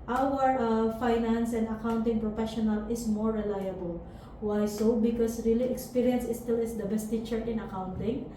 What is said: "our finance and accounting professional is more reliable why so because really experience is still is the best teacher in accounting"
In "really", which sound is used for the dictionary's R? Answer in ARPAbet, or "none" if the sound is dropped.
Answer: R